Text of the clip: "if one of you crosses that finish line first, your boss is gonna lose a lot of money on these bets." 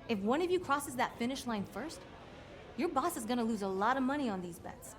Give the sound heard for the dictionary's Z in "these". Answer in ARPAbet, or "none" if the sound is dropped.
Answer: Z